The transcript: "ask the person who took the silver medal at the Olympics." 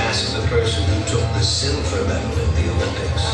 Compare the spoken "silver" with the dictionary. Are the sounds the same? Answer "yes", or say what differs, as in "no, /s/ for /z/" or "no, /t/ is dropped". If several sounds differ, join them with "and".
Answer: no, /f/ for /v/